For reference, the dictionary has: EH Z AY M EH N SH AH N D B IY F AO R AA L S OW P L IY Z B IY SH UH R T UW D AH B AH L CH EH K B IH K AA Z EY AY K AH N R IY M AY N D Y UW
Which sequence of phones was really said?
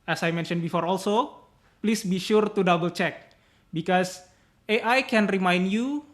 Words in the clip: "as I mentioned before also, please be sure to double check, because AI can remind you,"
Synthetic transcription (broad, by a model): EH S AY M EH N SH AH N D B IY F AO R AA L S OW P L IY S B IY SH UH R T UW D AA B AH L CH EH K B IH K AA S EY AY K AH N R IY M AY N D Y UW